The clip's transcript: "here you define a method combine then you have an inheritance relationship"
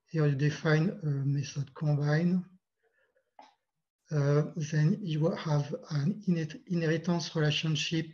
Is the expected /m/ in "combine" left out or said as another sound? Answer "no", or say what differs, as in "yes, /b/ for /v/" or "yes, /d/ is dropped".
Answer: yes, /m/ is dropped